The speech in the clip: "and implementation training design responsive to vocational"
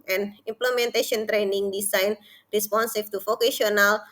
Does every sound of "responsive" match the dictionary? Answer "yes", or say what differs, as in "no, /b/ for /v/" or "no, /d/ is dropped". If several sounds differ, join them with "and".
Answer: no, /f/ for /v/